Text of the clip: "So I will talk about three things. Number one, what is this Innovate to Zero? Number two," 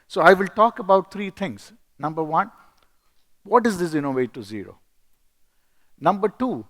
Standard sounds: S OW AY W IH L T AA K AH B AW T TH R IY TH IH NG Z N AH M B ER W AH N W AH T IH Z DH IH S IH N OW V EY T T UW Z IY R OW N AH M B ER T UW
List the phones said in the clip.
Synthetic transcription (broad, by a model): S OW AY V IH L T AA K AH B AW T T R IY T IH NG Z N AH M B ER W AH N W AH T IH Z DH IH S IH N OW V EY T T UW Z IY R OW N AH M B ER T UW